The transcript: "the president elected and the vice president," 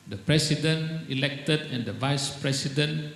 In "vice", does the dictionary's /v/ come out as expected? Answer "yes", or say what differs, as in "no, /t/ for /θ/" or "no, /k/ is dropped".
yes